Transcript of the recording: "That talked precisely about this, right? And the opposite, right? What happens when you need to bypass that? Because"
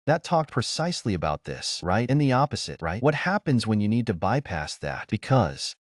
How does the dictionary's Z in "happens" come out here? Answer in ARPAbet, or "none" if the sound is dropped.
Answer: Z